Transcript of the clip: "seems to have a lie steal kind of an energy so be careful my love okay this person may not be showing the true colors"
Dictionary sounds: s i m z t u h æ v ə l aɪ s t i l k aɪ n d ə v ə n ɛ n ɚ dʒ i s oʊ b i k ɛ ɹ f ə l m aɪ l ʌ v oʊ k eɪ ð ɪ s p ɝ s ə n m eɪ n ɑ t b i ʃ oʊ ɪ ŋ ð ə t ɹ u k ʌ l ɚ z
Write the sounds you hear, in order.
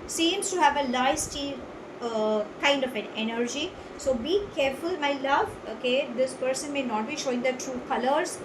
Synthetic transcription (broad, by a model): s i m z t u h æ v ə l aɪ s t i k aɪ n d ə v ə n ɛ n ɚ dʒ i s oʊ b i k ɛ ɹ f ə l m aɪ l ʌ v oʊ k eɪ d ɪ s p ɝ s ə n m eɪ n ɑ t b i ʃ oʊ ɪ ŋ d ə t ɹ u k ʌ l ɚ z